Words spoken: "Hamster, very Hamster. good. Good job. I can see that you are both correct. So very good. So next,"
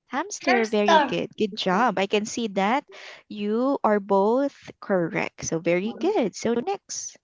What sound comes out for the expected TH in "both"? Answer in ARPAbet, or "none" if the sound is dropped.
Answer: TH